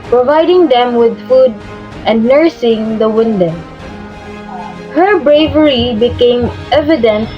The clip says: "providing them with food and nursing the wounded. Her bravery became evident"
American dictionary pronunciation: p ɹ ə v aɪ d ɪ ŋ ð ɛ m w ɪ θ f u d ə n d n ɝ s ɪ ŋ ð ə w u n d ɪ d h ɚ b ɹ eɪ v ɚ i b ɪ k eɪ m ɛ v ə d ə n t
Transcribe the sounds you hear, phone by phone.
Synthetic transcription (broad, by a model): p ɹ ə v aɪ d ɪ ŋ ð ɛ m w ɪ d f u d ə n d n ɝ s ɪ ŋ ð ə w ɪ n d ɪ h ɚ b ɹ eɪ v ɚ i b ɪ k eɪ m ɛ v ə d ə n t